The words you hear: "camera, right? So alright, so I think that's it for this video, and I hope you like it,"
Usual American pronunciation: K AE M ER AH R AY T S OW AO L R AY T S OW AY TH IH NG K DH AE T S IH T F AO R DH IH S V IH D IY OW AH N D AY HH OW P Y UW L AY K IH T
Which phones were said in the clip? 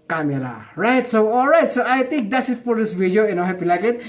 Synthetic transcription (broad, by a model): K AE M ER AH R AY T S OW AO L R AY T S OW AY T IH NG K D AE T S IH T F AO R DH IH S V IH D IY OW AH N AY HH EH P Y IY L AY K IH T